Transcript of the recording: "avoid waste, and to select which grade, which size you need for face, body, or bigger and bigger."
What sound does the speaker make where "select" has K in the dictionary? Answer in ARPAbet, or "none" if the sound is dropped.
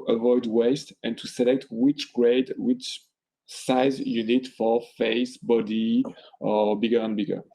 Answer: K